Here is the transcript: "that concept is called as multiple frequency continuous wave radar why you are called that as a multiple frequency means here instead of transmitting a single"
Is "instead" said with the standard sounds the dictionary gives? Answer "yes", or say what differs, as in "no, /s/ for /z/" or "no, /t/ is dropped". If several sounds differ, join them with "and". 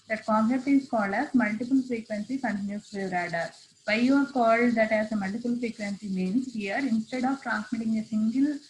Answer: yes